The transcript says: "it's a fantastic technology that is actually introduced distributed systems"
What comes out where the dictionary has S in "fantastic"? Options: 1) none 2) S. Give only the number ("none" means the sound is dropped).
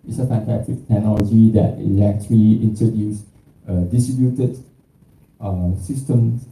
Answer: 1